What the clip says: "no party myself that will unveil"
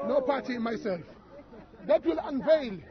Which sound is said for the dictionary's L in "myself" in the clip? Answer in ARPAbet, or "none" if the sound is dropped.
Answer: L